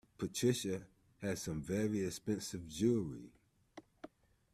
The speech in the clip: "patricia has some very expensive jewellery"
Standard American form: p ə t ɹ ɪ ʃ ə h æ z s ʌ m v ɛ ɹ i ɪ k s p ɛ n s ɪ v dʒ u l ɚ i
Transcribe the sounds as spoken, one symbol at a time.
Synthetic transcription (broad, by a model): p ə t ɹ ɪ ʃ ə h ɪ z s ʌ m v ɛ ɹ i ɪ k s p ɛ n s ɪ v dʒ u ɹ i